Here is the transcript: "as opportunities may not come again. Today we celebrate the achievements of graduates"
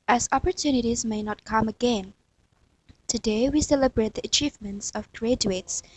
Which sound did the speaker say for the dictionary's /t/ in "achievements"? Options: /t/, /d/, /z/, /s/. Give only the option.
/t/